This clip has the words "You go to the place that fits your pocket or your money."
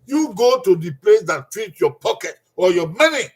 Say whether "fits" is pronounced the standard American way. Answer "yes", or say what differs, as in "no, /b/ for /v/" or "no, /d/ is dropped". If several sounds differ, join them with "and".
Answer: no, /s/ is dropped